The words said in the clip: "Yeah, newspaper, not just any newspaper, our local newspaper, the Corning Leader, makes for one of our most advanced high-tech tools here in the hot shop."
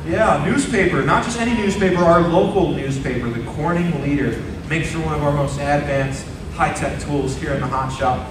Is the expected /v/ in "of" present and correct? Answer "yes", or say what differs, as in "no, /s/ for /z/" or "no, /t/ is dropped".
yes